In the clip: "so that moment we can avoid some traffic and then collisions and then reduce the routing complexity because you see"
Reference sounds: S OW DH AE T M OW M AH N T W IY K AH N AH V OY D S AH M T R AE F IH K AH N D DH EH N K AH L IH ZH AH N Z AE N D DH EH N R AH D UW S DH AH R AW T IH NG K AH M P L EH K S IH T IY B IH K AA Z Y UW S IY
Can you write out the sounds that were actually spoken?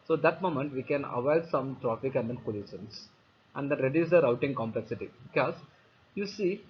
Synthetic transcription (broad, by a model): S OW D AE T M OW M AH N T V IY K AH N AH V OY D S AH M T R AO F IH K AH N D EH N K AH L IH SH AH N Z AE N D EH N R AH D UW S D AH R AW T IH NG K AH M P L EH K S IH T IY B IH K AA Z Y UW S IY